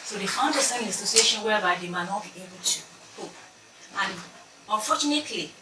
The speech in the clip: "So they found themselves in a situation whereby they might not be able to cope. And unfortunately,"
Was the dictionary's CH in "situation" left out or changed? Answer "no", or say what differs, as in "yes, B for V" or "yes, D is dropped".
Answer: yes, S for CH